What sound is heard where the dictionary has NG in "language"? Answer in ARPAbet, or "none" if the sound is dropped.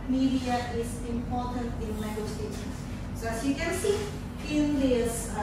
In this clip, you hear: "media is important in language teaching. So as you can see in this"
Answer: none